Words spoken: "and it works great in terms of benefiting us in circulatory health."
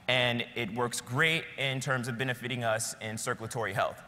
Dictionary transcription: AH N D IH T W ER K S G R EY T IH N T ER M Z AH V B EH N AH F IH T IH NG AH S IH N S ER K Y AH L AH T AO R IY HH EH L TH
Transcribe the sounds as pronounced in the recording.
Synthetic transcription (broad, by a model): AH N IH T W ER K S G R EY T IH N T ER M Z AH V B EH N AH F IH T IH NG AH S IH N S ER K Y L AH T AO R IY HH EH L TH